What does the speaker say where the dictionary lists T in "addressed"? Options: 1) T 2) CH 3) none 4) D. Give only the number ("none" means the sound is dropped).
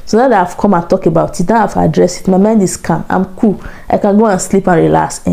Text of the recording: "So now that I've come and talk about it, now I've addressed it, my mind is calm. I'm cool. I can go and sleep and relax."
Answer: 3